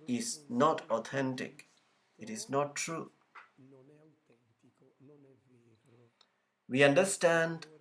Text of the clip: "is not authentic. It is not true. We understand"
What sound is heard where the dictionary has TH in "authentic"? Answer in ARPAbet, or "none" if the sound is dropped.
T